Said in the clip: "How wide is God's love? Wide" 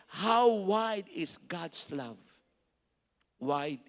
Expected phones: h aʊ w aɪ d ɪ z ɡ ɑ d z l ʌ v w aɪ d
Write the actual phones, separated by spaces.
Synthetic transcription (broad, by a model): h aʊ w aɪ d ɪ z ɡ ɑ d s l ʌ v w aɪ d